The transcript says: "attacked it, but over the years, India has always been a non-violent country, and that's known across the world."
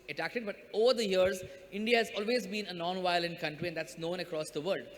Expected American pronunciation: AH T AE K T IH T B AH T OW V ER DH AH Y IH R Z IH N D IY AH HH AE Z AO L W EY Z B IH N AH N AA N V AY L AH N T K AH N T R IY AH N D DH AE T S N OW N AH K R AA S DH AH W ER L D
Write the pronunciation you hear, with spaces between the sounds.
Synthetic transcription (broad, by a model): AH T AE K T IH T B AH T OW V ER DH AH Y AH R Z IH N D IY AH HH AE Z AO L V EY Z B IH N AH N AA N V AY L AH N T K AH N T R IY AH N D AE T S N OW N AH K R AA S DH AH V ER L D